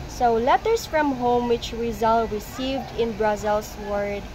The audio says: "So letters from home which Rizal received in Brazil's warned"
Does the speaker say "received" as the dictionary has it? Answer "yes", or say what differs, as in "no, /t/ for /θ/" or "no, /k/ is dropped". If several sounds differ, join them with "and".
yes